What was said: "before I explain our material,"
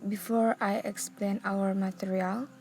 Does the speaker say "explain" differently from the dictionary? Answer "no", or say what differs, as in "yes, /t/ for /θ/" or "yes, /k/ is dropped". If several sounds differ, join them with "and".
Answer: no